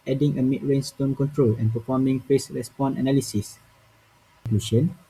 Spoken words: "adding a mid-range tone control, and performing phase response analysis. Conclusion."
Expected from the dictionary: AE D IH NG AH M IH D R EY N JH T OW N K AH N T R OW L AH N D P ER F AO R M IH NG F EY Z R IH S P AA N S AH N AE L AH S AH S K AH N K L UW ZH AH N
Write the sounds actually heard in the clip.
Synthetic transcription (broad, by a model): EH D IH NG AH M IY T R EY N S T OW N K AH N T R OW L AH N P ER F AO M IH NG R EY S R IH S P AA N AH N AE L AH S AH S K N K L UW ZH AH N